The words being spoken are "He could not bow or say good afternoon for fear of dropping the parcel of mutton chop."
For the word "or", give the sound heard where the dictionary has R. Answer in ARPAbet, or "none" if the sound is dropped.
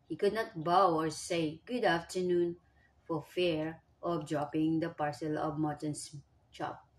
R